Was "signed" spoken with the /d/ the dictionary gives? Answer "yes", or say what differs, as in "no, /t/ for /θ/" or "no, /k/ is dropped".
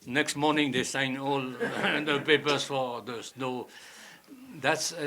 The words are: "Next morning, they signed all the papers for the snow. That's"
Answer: no, /d/ is dropped